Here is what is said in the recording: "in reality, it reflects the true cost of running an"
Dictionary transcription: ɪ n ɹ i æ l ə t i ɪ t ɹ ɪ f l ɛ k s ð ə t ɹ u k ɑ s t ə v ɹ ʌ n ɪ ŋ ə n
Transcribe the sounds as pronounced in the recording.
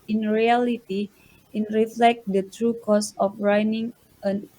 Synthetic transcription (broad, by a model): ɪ n ɹ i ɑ l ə t i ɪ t ɹ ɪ f l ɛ k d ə t ɹ u k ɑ s ə f ɹ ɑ n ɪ ŋ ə n